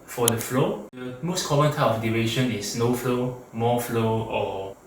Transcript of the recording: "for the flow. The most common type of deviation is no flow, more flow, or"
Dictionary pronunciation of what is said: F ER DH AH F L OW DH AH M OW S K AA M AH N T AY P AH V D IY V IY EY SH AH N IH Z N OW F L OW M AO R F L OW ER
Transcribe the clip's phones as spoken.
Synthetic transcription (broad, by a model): F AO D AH F L OW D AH M OW S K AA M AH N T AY AH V D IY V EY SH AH N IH S N OW F L OW M AO F L OW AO